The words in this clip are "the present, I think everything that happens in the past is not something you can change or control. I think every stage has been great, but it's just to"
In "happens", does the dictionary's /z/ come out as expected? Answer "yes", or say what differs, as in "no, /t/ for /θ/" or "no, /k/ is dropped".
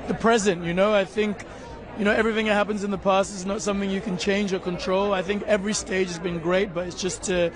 yes